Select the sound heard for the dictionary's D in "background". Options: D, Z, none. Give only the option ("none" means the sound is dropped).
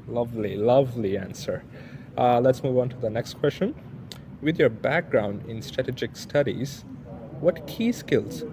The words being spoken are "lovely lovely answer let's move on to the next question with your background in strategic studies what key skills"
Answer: D